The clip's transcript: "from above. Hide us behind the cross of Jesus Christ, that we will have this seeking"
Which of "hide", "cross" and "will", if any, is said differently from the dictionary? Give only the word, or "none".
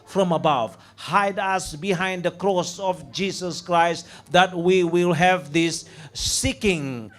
none